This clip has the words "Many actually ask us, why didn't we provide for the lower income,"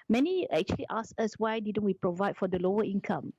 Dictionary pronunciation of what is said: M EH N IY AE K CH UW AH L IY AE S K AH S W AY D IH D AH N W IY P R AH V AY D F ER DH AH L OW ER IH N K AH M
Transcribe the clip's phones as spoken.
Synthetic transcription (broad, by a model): M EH N IY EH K CH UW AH L IY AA S AH S W AY D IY D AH N W IY P R AH V AY D F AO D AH L OW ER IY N K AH M